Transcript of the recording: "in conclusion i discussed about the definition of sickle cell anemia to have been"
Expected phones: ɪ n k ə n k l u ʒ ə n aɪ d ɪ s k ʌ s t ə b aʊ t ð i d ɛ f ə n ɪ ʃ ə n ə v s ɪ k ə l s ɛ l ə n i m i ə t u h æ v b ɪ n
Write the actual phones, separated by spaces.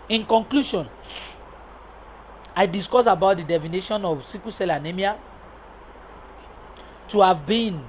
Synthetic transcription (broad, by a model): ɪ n k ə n k l u ʃ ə n aɪ d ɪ s k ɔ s ə b aʊ t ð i d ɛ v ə n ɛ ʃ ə n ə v s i k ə s ɛ l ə n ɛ m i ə t u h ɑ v b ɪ n